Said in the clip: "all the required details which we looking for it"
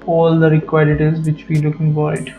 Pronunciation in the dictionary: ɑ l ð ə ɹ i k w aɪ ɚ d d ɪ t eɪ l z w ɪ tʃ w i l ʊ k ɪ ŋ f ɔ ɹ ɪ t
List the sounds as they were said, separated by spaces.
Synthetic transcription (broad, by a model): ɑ l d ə ɹ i k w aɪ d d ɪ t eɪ z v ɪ tʃ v i l ʊ k ɪ ŋ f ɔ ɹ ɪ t